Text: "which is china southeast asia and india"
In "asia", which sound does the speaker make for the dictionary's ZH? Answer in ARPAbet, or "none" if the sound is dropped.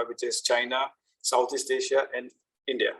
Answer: SH